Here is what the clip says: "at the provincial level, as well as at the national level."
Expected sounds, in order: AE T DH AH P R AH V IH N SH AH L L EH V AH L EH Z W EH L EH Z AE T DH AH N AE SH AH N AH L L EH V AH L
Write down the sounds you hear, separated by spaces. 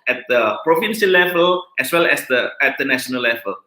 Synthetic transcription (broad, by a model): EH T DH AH P R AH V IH N S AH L L EH V AH L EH S W EH L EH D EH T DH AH N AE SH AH N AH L L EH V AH L